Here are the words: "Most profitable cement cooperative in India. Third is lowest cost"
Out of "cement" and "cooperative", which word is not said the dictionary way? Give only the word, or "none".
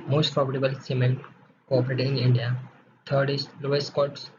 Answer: cooperative